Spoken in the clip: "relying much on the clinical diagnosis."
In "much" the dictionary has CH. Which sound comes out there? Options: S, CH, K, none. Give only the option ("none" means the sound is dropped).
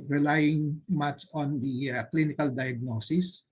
S